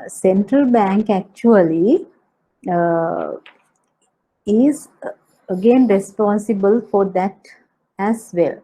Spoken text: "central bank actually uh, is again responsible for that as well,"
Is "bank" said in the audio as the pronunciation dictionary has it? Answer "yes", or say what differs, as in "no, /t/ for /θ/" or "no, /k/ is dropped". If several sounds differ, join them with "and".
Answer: yes